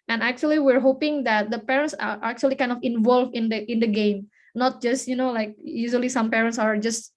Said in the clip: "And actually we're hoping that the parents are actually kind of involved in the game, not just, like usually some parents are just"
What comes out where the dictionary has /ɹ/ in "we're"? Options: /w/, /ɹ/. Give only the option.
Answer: /ɹ/